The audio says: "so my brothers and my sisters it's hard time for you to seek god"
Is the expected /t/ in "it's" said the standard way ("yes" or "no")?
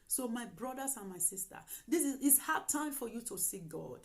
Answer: no